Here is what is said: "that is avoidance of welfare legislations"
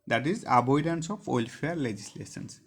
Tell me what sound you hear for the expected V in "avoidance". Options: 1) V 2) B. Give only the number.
2